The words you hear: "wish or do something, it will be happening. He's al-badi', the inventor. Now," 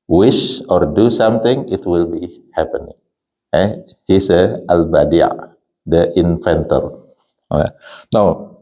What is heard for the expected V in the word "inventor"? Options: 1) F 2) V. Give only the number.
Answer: 1